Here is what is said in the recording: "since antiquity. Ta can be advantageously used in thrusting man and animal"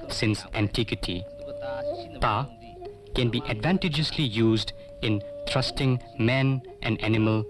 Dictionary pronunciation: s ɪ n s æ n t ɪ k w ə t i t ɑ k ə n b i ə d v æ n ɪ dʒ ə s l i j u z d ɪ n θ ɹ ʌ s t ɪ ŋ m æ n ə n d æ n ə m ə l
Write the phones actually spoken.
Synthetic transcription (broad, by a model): s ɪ n s æ n t ɪ k w ə t i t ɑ k ə n b i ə d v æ n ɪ dʒ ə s l i j u z d ɪ n t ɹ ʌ s t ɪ ŋ m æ n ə n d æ n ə m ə l